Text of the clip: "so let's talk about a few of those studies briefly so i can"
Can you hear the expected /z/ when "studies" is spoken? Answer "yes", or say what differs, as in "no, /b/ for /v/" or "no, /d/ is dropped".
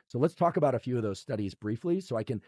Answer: yes